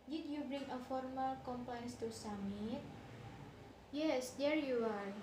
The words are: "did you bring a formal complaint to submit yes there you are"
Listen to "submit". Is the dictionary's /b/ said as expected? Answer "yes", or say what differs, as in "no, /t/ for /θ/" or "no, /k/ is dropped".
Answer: no, /b/ is dropped